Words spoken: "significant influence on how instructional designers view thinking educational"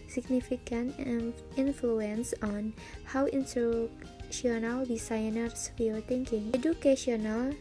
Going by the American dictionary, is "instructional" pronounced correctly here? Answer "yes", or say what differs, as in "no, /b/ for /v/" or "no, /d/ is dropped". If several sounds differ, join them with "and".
no, /k/ is dropped